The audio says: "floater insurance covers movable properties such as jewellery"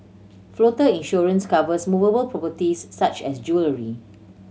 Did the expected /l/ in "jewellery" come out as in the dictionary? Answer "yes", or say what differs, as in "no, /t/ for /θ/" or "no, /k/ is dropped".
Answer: yes